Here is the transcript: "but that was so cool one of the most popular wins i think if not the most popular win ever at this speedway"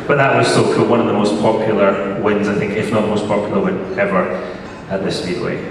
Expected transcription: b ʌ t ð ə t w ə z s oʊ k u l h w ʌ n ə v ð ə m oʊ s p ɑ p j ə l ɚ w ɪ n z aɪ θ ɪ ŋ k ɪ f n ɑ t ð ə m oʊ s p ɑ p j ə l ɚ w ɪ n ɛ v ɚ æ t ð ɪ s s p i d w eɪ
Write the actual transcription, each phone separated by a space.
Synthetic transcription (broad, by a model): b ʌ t ð ə t w ə z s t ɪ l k w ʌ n ə v ð ə m oʊ s p ɑ p j l ɚ w ɪ n z aɪ θ ɪ ŋ k ɪ f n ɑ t ð ə m oʊ s p ɑ p j l ɚ w ɪ n ɛ v ɚ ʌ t ð ɪ s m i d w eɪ